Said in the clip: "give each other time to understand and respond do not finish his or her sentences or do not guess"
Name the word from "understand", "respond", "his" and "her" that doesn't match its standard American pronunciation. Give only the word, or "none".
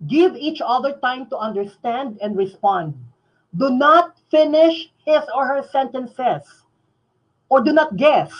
his